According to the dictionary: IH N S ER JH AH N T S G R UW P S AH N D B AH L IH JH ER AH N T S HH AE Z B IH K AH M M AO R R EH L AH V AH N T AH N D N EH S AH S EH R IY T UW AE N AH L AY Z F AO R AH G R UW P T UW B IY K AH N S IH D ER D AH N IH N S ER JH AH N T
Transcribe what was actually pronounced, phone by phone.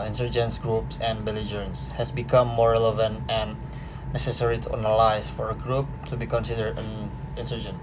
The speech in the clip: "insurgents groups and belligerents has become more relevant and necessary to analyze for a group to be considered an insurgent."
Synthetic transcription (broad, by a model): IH N S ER JH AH N S G R UW P S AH N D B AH L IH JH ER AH N S HH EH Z B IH K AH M M AO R R EH L AH V AH N T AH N N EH S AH S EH R IY T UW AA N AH L AY S F AO R AH G R UW P T UW B IY K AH N S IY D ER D AH N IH N S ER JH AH N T